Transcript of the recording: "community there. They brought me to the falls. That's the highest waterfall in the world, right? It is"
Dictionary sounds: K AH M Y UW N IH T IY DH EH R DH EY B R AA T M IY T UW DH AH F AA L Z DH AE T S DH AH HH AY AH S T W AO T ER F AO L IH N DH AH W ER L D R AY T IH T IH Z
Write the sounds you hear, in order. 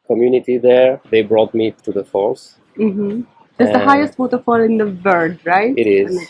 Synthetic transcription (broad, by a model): K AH M Y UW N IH T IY DH EH R DH EY B R AA T M IY T UW DH AH F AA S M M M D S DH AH HH AY AH S T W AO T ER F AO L IH N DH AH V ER D R AY T IH T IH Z